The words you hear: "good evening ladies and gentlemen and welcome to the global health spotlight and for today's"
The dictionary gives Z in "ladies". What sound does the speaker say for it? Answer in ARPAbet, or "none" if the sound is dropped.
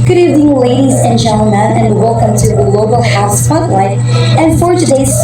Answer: Z